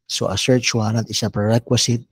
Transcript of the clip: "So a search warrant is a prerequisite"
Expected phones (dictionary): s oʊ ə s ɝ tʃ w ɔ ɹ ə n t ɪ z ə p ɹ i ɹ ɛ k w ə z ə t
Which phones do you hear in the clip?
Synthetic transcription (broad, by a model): s oʊ ə s ɝ tʃ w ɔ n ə t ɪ s ə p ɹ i ɹ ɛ k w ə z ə t